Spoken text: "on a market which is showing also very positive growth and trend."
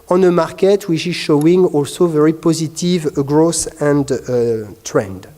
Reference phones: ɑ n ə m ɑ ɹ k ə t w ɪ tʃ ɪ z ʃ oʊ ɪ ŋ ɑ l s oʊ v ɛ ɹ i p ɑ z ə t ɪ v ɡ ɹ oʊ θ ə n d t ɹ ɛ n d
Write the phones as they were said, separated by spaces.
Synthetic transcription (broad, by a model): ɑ n ə m ɑ ɹ k ə t w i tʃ ɪ z ʃ oʊ ɪ ŋ ɑ l s oʊ v ɛ ɹ i p ɑ z ə t ɪ v ɡ ɹ oʊ s ə n d t ɹ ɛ n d